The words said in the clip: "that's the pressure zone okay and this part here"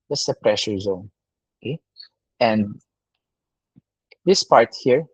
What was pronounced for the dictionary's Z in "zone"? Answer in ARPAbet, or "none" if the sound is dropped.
Z